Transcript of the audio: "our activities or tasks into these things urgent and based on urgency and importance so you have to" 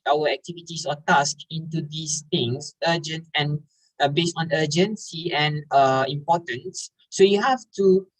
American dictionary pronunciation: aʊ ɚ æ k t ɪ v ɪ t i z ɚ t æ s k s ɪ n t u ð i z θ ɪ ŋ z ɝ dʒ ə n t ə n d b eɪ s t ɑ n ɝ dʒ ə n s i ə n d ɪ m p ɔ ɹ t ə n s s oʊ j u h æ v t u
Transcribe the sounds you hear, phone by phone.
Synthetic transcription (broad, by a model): aʊ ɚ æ k t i v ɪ t i s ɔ t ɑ s k ɪ n t u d i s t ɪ ŋ s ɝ dʒ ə n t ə n b eɪ s t ɑ n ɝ dʒ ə n s i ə n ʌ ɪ m p ɔ t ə n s s oʊ j u h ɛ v t u